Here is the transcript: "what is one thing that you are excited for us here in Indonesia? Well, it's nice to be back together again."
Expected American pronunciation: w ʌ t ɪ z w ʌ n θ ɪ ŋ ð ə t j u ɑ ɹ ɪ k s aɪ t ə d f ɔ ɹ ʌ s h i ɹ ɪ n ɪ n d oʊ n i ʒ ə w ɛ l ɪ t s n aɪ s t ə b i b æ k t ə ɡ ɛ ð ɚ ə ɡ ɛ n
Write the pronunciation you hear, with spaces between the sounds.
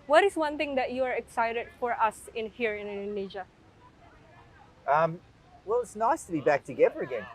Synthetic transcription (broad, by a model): w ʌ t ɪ s w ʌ n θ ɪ ŋ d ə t j u ɑ ɹ ɪ k s aɪ t ə d f ɔ ɹ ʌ s h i ɹ ɪ n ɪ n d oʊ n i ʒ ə w ɛ l ɪ t s n aɪ s t ə b i b æ k t ə ɡ ɛ ð ɚ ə ɡ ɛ n